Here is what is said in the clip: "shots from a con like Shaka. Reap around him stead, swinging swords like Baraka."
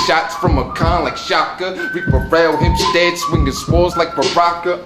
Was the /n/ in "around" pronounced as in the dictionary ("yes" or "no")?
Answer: no